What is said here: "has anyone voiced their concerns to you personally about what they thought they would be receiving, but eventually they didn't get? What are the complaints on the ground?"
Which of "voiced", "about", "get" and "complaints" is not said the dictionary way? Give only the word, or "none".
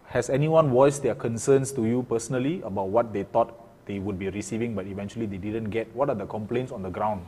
voiced